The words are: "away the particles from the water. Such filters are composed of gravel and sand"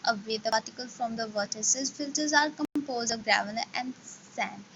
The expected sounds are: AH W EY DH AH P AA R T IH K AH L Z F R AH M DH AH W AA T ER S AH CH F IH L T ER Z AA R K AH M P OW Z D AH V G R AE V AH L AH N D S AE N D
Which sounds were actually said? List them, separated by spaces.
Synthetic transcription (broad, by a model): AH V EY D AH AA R T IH K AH L F R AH M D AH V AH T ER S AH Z F IH L T ER Z AA R K AH M P OW Z D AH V G R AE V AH N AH N D S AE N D